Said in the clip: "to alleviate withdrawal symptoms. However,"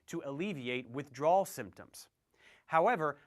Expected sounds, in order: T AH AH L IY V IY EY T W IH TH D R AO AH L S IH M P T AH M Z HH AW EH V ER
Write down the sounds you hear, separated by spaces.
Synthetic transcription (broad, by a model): T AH AH L IY V IY EY T W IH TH D R AO L S IH M P T AH M Z HH AW EH V ER